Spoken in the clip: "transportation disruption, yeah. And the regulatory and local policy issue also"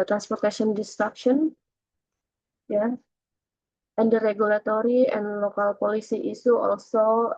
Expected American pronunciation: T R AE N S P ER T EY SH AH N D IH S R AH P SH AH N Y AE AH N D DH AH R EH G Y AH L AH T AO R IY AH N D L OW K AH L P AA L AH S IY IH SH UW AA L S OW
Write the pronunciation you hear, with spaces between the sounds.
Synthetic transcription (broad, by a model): T R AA N S P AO T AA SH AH N D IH S R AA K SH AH N Y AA AH N D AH R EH G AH L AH T AO R IY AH N L OW K AH L P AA L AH S IY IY S UW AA L S OW